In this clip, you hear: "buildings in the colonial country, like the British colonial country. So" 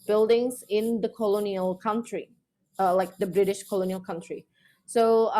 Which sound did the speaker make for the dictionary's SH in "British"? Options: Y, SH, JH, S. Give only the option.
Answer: SH